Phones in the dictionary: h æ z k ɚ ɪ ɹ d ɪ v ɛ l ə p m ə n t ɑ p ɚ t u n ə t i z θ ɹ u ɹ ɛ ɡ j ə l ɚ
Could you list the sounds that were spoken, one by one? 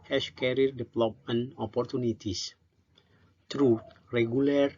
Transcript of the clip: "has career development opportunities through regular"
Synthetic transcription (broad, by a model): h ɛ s k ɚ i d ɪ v l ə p m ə n ɑ p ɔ t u n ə t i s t ɹ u ɹ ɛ ɡ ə l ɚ